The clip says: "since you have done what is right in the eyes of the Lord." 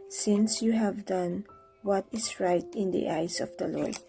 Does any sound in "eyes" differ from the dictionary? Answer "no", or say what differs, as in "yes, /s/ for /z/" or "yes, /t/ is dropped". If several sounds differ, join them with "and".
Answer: yes, /s/ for /z/